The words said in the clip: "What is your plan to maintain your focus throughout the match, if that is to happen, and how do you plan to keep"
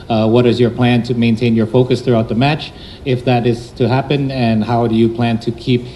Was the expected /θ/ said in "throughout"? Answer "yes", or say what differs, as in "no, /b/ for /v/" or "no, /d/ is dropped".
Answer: yes